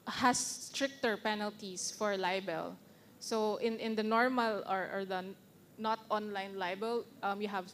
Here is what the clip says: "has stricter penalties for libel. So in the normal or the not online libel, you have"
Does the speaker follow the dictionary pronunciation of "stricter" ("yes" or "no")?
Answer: yes